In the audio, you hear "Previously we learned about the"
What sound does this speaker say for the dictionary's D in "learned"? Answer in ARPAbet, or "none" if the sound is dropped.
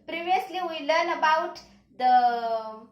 none